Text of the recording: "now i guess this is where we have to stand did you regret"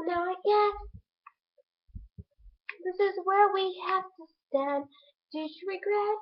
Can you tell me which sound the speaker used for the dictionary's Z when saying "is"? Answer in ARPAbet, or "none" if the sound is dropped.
Z